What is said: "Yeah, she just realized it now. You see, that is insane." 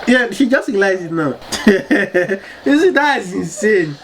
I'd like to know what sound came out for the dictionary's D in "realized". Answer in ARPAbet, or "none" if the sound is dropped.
none